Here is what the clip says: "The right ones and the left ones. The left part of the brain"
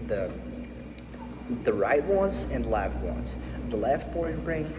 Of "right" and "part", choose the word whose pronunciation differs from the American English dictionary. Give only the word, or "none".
part